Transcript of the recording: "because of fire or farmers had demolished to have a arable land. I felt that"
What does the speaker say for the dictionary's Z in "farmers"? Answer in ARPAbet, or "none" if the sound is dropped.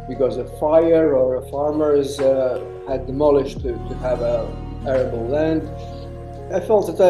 Z